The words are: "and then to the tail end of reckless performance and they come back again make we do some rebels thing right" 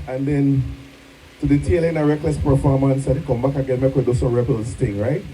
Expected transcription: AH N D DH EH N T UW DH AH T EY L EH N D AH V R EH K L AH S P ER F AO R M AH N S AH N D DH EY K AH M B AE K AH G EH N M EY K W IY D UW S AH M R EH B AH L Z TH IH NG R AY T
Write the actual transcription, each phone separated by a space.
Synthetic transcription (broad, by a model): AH N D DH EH N T UW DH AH T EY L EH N AH R EH K L AH S P ER F AO R M AH N S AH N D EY K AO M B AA K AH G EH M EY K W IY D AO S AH R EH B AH L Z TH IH NG R AY T